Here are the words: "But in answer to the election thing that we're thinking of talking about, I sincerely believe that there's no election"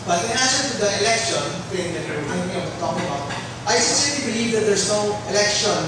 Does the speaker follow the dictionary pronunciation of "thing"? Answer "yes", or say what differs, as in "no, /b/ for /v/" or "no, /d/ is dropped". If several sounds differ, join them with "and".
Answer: no, /s/ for /θ/